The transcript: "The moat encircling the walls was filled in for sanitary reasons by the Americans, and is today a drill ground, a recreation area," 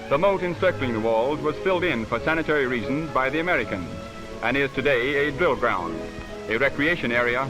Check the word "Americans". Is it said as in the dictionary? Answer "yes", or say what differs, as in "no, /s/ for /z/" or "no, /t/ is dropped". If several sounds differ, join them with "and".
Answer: yes